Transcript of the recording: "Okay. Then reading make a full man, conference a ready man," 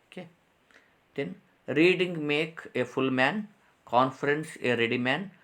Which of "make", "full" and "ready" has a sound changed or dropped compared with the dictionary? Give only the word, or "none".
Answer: none